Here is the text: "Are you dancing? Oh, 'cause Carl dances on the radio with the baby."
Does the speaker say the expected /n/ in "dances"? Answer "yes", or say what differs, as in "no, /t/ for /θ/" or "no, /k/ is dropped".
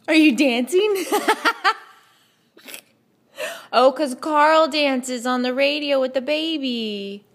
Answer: yes